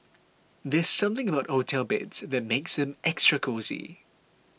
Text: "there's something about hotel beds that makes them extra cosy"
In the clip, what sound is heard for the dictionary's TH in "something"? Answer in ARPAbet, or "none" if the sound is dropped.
TH